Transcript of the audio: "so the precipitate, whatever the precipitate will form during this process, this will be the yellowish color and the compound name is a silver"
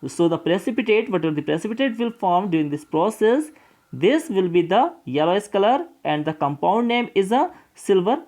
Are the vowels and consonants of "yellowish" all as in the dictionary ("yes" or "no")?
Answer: no